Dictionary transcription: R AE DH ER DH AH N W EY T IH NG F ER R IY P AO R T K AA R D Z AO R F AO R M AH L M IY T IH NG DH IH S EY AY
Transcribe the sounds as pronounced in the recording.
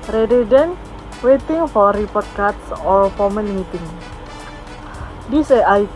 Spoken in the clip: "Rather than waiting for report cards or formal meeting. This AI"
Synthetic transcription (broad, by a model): R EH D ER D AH N W EY T IH NG F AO R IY P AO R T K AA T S AO R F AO M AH N M IY T IH NG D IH S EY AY